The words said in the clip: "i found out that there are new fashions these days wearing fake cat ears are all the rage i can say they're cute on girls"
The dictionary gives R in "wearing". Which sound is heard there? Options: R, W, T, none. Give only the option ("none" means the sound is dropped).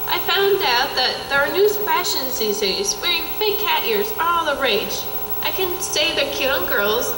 R